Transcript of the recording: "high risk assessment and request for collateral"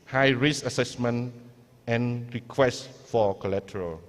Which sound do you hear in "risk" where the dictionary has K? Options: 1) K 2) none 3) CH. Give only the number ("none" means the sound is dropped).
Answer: 2